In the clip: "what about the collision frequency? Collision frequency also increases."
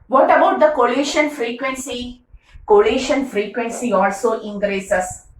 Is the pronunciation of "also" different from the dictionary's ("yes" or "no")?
no